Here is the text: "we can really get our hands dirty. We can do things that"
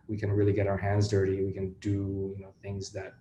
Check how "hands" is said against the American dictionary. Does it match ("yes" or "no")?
yes